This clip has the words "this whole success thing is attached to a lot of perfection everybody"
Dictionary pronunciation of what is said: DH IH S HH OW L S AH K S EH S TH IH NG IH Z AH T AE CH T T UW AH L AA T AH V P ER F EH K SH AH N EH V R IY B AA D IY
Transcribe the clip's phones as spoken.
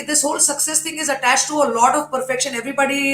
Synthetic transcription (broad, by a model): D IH S HH OW L S AH K S EH S T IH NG IH Z AH T AE CH T T UW AH L AA T AH V P ER F EH K SH AH N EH V R IY B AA D IY